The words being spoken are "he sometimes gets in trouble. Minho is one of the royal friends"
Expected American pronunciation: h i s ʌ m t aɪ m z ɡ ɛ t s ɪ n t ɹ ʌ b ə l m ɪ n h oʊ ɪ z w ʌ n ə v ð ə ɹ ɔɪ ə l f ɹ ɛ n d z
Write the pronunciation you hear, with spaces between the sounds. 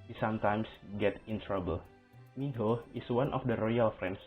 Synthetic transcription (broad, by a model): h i s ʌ m t aɪ m s ɡ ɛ t ɪ n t ɹ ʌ b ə l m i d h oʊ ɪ s w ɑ n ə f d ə ɹ ɔɪ ə l f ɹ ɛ n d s